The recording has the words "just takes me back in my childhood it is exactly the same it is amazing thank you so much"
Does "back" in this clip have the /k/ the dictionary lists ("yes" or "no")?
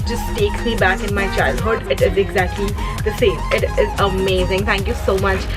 yes